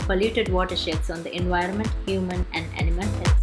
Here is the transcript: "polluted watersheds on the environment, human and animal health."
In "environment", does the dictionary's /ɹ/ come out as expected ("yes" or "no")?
yes